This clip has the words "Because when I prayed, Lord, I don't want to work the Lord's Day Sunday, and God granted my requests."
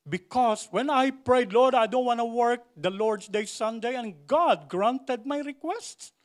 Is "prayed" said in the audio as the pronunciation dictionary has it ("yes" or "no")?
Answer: yes